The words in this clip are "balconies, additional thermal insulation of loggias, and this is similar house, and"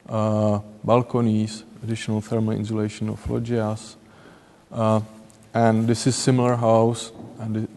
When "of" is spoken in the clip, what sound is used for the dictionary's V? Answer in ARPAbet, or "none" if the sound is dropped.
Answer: F